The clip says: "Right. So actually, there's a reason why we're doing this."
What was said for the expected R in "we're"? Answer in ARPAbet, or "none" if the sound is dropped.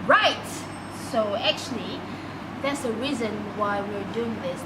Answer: R